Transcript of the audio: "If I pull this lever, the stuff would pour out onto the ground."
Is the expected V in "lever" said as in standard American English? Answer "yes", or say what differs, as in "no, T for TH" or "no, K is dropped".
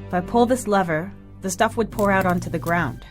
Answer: yes